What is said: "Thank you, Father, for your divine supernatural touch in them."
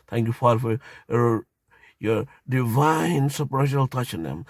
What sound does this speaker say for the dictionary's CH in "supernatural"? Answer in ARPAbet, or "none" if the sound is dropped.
SH